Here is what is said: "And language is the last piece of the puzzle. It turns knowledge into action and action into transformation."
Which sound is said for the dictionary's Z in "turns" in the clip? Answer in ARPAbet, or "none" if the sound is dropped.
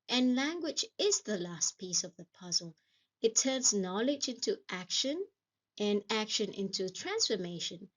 Z